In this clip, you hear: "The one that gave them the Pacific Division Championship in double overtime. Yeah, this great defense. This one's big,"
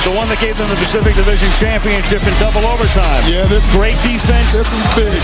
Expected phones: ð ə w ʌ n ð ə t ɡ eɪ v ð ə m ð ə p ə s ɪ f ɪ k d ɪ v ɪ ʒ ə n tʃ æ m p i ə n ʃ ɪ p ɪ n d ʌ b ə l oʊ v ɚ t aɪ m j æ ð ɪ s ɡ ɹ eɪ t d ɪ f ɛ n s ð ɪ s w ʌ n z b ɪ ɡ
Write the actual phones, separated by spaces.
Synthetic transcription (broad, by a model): ð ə w ʌ n ð ə t ɡ eɪ v ð ə m ð ə p ə s ɪ f ɪ k d ɪ v ɪ ʒ ə n tʃ æ m p i ə n ʃ ɪ p ɪ n d ʌ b l oʊ v ɚ t aɪ m j æ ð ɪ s ɡ ɹ eɪ t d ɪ f ɛ n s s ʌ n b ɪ